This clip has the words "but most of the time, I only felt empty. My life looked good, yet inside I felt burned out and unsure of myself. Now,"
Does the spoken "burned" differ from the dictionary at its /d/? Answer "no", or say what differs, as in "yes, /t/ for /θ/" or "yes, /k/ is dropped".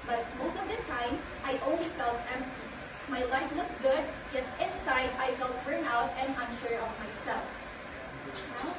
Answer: yes, /d/ is dropped